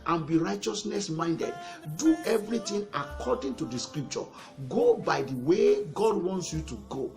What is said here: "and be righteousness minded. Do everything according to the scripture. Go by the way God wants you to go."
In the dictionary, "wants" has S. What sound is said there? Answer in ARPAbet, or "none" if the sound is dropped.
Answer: S